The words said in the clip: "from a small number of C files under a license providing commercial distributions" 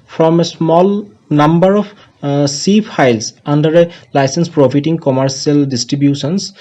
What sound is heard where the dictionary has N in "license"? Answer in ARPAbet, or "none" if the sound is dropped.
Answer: N